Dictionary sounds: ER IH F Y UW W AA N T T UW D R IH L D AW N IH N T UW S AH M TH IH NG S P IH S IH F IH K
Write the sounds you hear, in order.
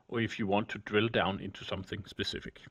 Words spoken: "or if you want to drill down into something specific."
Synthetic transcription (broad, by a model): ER IH F Y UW W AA N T T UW D R IH L D AW N IH N T UW S AH M TH IH NG S P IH S IH F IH K